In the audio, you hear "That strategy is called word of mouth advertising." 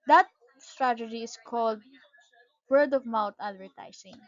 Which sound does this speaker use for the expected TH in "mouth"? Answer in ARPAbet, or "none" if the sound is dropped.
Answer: T